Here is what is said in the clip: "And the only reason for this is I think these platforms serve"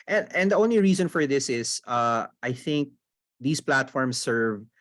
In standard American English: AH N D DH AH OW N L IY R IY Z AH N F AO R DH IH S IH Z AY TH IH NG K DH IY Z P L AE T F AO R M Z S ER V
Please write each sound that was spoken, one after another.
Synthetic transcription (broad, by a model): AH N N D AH OW N L IY R IY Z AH N F AO R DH IH S IH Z AY TH IH NG K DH IY S P L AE T F AO R M S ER V